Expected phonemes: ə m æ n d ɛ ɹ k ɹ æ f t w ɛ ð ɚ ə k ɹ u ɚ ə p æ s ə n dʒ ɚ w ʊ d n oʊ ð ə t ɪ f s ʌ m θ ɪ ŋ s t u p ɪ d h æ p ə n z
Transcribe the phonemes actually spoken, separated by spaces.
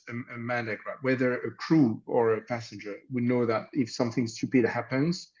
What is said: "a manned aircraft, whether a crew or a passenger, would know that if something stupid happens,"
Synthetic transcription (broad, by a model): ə m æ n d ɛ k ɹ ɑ t w ɛ ð ɚ ə k ɹ u ɚ ə p æ s ə n dʒ ɚ w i n oʊ ð ə t ɪ f s ʌ m θ ɪ ŋ s t u p ɪ d h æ p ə n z